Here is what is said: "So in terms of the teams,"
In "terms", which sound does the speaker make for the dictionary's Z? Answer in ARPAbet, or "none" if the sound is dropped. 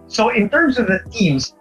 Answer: Z